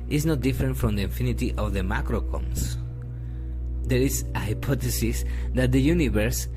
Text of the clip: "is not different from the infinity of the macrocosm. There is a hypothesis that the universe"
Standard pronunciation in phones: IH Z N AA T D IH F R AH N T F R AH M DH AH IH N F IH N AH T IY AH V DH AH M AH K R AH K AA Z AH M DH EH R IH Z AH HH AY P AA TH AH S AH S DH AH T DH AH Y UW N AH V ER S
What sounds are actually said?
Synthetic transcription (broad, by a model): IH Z N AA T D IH F R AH N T F R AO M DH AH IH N F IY N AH T IY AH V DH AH M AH K R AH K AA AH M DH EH R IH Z AH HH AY P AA T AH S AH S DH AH T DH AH Y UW N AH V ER S